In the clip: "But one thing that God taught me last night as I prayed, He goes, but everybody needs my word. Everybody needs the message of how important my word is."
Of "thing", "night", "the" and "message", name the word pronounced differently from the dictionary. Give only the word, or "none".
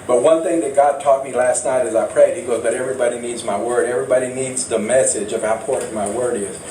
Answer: none